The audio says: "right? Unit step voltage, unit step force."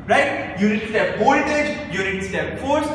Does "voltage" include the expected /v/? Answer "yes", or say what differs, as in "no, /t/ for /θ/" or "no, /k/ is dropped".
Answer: no, /b/ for /v/